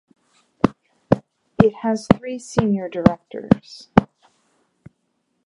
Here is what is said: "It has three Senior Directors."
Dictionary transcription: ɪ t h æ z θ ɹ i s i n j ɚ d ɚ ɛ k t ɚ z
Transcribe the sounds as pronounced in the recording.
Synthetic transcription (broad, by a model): ɪ t h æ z θ ɹ i s i n j ɚ d ɚ ɛ k t ɚ z